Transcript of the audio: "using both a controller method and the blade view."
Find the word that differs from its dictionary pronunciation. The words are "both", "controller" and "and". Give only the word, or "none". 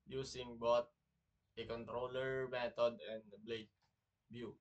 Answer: both